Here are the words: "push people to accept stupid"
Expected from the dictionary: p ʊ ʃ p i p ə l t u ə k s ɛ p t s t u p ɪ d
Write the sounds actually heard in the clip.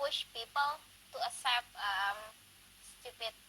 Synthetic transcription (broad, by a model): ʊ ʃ p i p ə l t u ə s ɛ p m s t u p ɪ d